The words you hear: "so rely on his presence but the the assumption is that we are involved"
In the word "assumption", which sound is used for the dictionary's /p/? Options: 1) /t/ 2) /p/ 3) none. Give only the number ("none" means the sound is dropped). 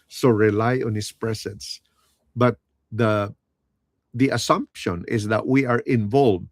2